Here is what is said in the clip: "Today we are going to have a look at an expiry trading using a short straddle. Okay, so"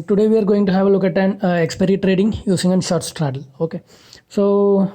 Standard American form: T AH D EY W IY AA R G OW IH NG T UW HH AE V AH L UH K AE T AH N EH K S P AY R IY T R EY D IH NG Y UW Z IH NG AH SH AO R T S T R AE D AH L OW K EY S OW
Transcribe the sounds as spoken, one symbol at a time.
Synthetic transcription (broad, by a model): T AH D EY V IY AA R G OW IH NG T UW HH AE V AH L UH K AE T AH N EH K S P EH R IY T R EY D IH NG Y UW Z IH NG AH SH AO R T S T R AE D AH L OW K EY S OW